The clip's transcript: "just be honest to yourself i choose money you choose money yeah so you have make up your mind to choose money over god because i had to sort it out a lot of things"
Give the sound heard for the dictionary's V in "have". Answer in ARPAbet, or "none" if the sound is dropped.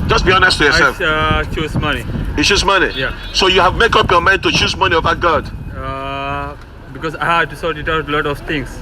V